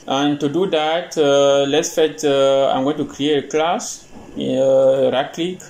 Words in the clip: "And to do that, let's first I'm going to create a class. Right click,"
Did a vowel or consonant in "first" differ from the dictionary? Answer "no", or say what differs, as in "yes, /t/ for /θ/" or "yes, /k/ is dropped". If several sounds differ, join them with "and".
yes, /s/ is dropped